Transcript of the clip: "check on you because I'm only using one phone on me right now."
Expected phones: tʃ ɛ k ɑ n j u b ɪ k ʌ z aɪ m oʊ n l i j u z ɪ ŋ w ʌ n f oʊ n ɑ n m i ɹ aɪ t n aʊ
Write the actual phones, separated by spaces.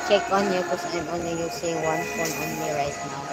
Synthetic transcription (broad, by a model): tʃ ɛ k ɑ n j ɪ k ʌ s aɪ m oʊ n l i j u s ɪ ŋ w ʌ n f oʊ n ɑ n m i ɹ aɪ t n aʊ